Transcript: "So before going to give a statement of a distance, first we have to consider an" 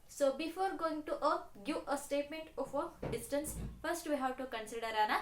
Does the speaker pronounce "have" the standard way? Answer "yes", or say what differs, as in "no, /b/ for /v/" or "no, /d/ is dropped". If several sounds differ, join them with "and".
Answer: no, /w/ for /v/